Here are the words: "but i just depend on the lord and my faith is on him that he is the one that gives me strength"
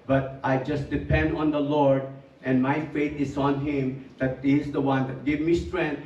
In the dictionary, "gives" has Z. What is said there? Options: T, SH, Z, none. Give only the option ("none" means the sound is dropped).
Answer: none